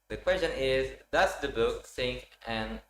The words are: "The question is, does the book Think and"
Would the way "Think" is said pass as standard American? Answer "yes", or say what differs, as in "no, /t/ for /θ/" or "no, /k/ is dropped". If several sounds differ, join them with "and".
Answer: no, /s/ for /θ/